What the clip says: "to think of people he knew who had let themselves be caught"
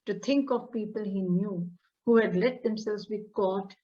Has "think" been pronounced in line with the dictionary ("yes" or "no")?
no